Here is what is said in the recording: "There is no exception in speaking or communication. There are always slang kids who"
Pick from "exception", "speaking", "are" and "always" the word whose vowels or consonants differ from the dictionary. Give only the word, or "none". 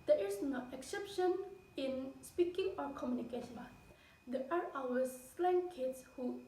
always